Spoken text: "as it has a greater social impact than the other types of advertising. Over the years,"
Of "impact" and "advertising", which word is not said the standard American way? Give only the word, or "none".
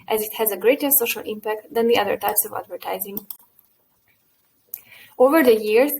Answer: none